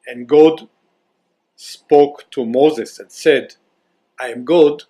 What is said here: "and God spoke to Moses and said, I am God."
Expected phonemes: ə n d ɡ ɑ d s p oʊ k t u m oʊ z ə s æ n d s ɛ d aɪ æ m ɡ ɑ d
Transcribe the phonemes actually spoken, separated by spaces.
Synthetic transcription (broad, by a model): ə n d ɡ ɑ d s p oʊ k t u m oʊ z ə s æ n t s ɛ d aɪ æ m ɡ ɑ d